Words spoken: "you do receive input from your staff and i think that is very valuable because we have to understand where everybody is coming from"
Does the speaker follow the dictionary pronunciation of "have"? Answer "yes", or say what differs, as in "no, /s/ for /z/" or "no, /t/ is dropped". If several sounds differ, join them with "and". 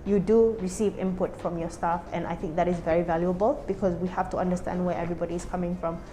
no, /f/ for /v/